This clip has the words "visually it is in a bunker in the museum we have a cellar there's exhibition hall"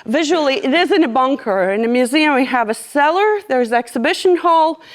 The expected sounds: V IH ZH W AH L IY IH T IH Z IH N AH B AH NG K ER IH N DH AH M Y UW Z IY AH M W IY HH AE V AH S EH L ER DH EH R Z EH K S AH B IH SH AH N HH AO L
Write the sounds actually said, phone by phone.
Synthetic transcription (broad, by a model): V IH ZH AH L IY IH T IH Z IH N AH B AH NG K ER IH N DH AH M Y UW Z IY AH M W IY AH V AH S EH L ER DH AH R Z EH K S AH B IH SH AH N HH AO L